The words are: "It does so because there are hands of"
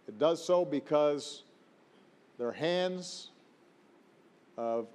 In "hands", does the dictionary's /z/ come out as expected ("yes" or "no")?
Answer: yes